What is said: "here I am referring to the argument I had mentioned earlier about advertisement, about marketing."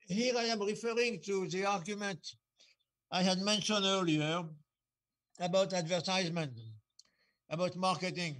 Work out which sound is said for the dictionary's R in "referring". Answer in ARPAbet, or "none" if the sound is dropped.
R